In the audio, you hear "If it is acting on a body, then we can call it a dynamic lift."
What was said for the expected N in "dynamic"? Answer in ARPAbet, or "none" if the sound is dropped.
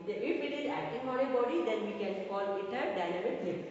L